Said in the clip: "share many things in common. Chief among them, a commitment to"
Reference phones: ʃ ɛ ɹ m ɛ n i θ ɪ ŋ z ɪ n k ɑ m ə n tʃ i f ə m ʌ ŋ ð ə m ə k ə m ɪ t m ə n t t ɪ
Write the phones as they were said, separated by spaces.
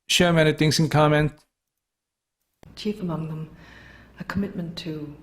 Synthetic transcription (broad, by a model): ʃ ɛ m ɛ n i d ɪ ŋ s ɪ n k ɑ m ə n tʃ i f ə m ʌ ŋ ð ə m ə k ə m ɪ t m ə n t t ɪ